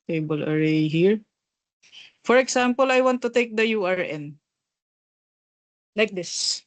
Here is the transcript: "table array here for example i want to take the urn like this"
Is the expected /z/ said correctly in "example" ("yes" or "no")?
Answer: no